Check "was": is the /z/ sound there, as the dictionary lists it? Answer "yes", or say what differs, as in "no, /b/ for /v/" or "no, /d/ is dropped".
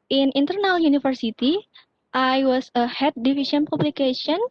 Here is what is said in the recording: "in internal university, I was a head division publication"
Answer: no, /s/ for /z/